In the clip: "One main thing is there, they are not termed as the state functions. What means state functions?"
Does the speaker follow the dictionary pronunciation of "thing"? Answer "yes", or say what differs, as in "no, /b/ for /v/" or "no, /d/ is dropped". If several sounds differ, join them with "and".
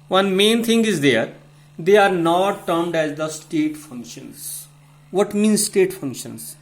no, /t/ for /θ/